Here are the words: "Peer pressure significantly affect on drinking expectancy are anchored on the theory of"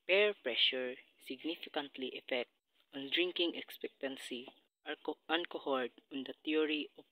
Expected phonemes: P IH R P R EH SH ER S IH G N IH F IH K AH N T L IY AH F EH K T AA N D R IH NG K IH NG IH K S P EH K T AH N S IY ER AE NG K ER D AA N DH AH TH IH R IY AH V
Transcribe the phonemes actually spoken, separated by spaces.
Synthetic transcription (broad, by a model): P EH R P R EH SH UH S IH G N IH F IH K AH N T L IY AH F EH K T AA N D R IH NG K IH NG IH K S P EH K T AH N S IY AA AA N K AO D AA N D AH T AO R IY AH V